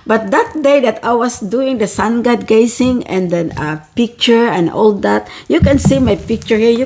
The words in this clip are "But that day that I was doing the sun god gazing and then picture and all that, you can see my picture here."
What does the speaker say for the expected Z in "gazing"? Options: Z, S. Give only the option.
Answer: S